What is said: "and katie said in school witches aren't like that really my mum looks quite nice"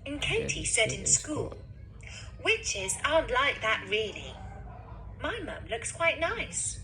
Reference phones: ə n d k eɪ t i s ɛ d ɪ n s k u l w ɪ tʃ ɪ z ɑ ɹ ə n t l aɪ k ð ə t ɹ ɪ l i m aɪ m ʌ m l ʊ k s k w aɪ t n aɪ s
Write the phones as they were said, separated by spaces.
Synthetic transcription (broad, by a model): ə n k eɪ t i s ɛ d ɪ n s k u l w ɪ tʃ ɪ z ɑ ə n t l aɪ k ð ə t ɹ ɪ l i m aɪ m ʌ m l ʊ k s k w aɪ t n aɪ s